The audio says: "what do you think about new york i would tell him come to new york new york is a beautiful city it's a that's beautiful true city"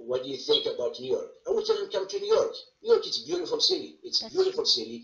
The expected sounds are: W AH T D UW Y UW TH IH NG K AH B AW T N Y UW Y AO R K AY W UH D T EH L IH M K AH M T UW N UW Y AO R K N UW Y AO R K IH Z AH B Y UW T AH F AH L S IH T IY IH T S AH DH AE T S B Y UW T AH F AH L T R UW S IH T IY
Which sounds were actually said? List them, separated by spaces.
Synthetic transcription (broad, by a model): W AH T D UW Y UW TH IH NG K AH B AW T N Y UW Y AO R K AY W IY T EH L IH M K AH M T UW N UW Y AO R K N UW Y AO R K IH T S B Y UW T AH F AH L S IH T IY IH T T S B Y UW T AH F AH L S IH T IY